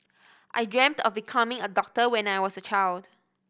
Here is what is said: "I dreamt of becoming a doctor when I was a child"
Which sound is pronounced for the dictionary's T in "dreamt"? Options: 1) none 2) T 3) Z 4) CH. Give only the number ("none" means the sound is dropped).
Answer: 2